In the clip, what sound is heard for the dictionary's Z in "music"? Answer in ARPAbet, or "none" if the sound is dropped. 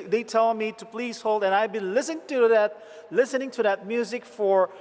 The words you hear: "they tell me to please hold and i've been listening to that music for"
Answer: Z